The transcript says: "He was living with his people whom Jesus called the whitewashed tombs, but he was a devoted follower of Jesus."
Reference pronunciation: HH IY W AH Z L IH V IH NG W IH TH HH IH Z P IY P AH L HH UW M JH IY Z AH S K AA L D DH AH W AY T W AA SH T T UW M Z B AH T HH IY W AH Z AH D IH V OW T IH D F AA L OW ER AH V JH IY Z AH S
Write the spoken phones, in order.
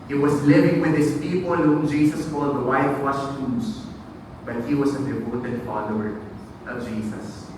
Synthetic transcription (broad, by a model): HH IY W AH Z L IH V IH NG W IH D HH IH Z P IY P AH L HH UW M JH IY S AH S K AA L D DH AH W AY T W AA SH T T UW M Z B AH T HH IY W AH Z AH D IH P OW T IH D F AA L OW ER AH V JH IY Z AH S